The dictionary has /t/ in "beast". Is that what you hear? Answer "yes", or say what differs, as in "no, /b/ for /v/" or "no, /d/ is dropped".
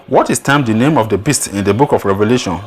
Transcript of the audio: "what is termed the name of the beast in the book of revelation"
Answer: yes